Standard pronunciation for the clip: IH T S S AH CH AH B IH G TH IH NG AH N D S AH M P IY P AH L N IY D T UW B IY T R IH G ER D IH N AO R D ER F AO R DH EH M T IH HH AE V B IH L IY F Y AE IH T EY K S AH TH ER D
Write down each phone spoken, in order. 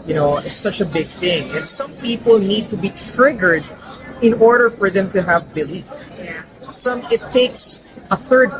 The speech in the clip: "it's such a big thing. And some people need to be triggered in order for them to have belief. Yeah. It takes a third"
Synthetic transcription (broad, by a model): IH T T S AH CH AH B IH G TH IH NG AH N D S AH M P IY P AH L N IY D T UW B IY T R IH G ER D IH N AO R D ER F AO R DH EH M T IH HH AE V B IH L IY F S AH IH T EY K S AH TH ER D